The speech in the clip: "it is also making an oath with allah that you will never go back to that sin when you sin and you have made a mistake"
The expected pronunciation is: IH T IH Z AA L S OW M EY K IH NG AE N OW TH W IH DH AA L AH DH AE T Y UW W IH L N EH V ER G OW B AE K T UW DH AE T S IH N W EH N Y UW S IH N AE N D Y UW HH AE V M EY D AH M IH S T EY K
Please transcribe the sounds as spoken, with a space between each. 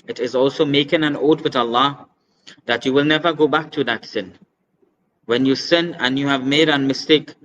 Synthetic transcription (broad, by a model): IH T IH Z AA L S OW M EY K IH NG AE N OW T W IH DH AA L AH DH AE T Y UW W IH L N EH V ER G OW B AE K T UW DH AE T S IH N W EH N Y UW S IH N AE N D Y UW HH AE V M EY D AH M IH S T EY K